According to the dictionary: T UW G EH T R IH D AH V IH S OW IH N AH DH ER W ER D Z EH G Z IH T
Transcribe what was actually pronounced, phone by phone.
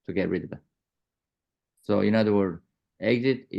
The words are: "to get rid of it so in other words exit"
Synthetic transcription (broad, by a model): T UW G EH T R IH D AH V S OW IH N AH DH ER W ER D EH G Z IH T